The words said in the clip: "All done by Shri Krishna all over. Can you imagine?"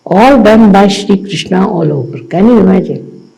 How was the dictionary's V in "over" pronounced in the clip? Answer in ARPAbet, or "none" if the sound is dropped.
P